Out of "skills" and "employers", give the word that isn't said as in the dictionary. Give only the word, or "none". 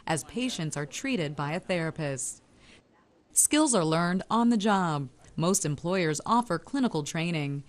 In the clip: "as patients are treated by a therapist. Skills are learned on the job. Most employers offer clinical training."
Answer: none